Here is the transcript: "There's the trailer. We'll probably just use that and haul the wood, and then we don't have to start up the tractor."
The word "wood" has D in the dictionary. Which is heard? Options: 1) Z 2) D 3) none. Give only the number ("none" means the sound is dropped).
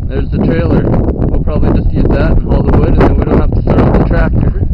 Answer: 2